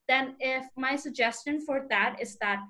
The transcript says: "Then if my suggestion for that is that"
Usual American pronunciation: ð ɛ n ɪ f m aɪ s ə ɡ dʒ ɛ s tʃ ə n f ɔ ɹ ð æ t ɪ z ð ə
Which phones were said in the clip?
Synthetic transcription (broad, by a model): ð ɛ n ɪ f m aɪ s ə ɡ dʒ ɛ s tʃ ə n f ɔ ɹ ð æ t ɪ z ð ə